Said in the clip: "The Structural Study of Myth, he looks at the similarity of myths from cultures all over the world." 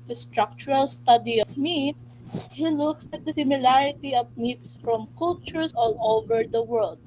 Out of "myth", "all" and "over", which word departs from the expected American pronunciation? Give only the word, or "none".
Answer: myth